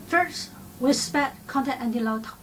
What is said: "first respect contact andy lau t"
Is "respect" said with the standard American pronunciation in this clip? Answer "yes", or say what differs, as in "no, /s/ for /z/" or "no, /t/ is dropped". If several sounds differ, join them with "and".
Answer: no, /k/ is dropped